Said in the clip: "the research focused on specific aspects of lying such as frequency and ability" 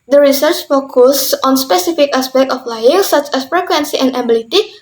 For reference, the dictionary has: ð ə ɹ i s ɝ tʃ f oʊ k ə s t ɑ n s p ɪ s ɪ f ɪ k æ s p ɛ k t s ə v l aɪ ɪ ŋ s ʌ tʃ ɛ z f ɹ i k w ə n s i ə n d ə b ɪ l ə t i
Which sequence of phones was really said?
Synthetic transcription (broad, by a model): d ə ɹ i s ɝ tʃ f oʊ k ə s ɑ n s p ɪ s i f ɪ k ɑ s p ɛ k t ə f l aɪ ɪ ŋ s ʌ tʃ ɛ s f ɹ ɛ k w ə n s i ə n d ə b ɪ l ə t i